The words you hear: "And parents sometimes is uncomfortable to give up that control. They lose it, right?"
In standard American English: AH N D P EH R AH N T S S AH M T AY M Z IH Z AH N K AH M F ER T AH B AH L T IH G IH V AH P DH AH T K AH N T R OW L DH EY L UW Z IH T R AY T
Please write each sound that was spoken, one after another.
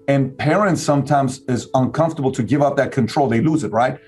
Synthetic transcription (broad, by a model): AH N P EH R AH N T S S AH M T AY M Z IH Z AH N K AH M F T AH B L T IH G IH V AH P DH AH T K AH N T R OW L DH EY L UW Z IH T R AY T